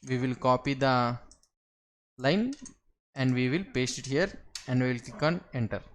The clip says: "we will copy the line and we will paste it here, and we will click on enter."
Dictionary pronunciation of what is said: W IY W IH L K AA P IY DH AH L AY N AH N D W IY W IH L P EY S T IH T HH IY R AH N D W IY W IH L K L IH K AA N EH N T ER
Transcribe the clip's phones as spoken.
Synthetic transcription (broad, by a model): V IY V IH L K AA P IY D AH L AY N AH N D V IY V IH L P EY S T IH T HH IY R AH N D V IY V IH L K IH K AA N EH N T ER